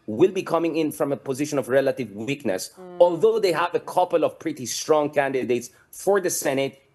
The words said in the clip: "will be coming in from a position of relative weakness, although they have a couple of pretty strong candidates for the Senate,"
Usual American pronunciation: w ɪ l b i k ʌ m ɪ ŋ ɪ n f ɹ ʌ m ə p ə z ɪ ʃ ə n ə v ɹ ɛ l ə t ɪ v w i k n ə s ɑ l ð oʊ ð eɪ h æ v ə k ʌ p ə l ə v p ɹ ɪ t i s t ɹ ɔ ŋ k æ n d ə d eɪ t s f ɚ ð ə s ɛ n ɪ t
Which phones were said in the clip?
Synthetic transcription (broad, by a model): w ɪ l b i k ʌ m ɪ ŋ ɪ n f ɹ ʌ m ə p ə z ɪ ʃ ə n ə v ɹ ɛ l ə t ɪ v w i k n ə s ɑ l ð oʊ ð eɪ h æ v ə k ʌ p ə l ə v p ɹ ɪ t i s t ɹ ɔ ŋ k æ n d ə d eɪ t s f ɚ ð ə s ɛ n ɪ t